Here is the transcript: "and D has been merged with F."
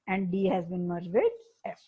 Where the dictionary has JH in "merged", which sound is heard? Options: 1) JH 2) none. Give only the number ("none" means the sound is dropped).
2